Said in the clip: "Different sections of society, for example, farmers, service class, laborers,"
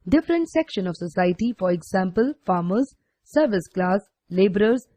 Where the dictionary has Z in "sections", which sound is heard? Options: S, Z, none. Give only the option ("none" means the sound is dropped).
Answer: none